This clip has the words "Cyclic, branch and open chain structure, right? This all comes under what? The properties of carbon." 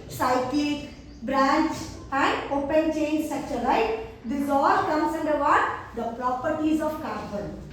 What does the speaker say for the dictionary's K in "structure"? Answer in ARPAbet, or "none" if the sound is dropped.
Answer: none